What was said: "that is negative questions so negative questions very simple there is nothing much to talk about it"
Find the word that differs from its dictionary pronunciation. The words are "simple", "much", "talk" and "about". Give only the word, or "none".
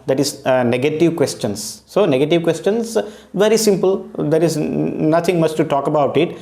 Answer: much